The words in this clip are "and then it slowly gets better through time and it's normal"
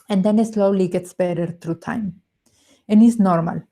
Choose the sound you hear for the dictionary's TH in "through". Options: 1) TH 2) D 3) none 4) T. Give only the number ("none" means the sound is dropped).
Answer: 4